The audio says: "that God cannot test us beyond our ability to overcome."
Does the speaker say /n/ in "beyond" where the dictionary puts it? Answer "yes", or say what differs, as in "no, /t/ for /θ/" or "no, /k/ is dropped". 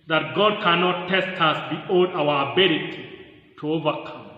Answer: no, /n/ is dropped